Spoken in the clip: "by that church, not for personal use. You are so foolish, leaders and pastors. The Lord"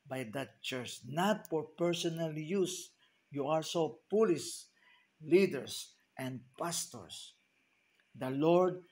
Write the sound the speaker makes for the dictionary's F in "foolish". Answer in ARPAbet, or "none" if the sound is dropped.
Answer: P